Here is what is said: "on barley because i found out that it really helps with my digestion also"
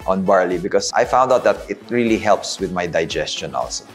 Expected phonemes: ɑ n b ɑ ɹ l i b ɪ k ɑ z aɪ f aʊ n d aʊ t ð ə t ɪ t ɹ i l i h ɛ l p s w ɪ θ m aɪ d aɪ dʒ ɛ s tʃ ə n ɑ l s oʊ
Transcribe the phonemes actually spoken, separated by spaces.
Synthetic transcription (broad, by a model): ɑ n b ɑ ɹ l i b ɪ k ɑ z aɪ f aʊ n d aʊ t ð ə t ɪ t ɹ i l i h ɛ l p s w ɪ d m aɪ d aɪ dʒ ɛ s tʃ ə n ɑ l s oʊ